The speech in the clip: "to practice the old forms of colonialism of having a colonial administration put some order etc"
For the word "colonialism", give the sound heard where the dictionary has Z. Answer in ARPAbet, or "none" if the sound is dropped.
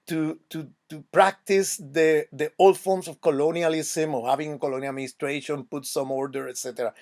S